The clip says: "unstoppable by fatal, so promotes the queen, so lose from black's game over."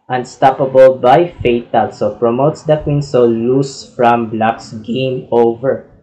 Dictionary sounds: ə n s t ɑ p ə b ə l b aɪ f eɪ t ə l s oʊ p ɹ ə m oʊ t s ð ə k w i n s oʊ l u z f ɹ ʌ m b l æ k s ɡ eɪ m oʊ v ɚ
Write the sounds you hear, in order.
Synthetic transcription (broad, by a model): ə n s t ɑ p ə b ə l b aɪ f eɪ t ə l s oʊ p ɹ ə m oʊ t s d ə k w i n s oʊ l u s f ɹ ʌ m b l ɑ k s ɡ eɪ m oʊ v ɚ